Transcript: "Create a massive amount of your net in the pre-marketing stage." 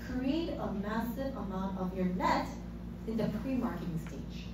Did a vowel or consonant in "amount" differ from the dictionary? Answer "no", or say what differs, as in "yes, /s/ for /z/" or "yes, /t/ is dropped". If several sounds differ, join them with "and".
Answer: no